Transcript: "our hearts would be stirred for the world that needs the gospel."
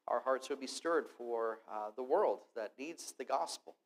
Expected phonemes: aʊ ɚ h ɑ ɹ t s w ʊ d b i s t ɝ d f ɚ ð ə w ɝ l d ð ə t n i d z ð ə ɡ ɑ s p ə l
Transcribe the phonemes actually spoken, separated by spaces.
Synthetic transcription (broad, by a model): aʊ ɚ h ɑ ɹ t s w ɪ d b i s t ɝ d f ɚ ð ə w ɝ l d ð ə t n i d z ð ə ɡ ɑ s p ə l